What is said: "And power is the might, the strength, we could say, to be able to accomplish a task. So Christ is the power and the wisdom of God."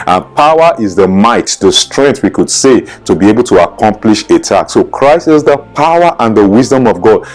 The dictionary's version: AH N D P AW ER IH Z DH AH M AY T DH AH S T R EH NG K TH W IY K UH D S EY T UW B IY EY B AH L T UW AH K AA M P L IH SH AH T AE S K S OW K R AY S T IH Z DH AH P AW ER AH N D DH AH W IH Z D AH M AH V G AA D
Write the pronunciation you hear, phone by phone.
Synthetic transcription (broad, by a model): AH N P AW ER IH Z DH AH M AY T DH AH S T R EH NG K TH W IY K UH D S EY T UW B IY EY B AH L T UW AH K AA M P L IH SH AH T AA K S OW K R AY S T IH Z DH AH P AW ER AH N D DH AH W IH Z D AH M AH V G AA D